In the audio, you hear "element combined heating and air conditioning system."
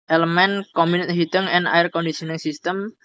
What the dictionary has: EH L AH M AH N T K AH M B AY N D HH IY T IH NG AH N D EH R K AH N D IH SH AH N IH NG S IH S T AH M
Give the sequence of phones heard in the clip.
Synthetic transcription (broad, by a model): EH L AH M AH N K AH M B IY N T HH IY T IH NG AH N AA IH R K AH N D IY S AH N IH NG S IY S T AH M